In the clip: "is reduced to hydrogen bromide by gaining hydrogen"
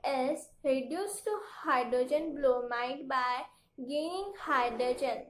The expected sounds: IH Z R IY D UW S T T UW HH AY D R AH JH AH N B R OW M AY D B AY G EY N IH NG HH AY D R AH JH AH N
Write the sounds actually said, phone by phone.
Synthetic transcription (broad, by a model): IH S R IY D UW S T T UW HH AY D R AH JH AH N B L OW M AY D B AY G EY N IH NG HH AY D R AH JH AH N